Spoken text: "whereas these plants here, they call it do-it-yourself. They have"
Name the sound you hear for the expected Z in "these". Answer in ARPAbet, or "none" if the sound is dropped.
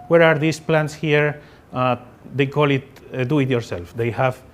S